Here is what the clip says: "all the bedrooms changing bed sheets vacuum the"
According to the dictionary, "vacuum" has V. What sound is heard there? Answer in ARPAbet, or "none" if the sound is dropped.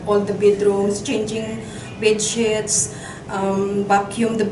B